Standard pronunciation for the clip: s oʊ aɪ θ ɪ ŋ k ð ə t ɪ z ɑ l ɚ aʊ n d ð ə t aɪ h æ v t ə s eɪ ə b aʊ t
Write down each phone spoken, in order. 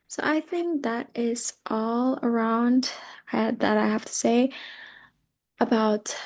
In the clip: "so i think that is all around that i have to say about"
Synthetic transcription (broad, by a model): s oʊ aɪ θ ɪ ŋ k ð ə t ɪ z ɑ l ɚ aʊ n d ð ə t aɪ h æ f t ə s eɪ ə b aʊ t